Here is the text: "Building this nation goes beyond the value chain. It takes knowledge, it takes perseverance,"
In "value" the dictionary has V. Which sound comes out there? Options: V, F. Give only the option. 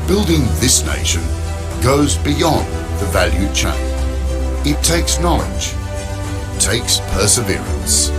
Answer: V